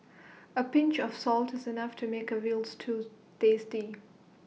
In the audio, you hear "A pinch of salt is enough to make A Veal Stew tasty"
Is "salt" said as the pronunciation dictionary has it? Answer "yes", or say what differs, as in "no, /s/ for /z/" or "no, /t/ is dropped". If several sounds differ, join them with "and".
yes